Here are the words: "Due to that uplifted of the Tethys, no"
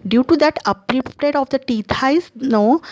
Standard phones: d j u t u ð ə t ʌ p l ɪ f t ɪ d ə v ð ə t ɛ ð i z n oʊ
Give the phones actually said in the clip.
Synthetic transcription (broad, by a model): d j u t u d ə t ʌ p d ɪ p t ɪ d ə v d ə t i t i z n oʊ